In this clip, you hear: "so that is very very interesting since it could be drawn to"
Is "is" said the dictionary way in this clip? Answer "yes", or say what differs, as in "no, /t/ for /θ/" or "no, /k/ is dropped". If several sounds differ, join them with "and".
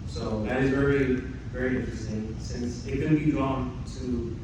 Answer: yes